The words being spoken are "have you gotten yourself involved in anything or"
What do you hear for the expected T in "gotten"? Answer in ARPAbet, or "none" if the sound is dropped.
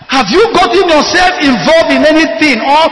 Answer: T